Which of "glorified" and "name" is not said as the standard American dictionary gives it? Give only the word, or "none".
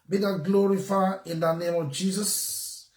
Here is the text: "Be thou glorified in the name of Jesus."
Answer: glorified